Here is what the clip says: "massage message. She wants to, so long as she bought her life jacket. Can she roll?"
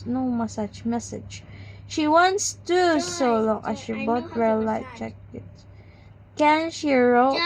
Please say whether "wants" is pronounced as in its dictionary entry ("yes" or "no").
yes